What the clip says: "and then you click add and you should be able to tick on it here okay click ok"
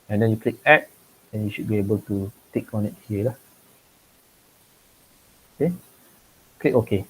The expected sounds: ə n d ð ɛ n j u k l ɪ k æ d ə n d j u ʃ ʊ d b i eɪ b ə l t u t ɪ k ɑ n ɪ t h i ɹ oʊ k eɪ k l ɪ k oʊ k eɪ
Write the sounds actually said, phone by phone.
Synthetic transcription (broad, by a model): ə n d ɛ n j u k l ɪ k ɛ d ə n j u ʃ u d b i eɪ b ə l t u t ɪ k ɑ n ɪ t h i l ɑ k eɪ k l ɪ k oʊ k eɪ